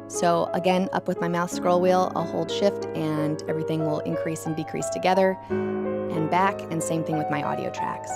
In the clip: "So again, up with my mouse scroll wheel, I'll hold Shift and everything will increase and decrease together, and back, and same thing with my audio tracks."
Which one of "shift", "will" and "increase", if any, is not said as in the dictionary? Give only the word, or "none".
none